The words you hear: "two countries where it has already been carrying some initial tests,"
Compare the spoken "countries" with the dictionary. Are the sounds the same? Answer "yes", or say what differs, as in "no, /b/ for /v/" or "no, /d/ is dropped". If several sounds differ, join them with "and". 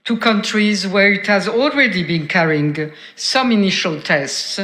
yes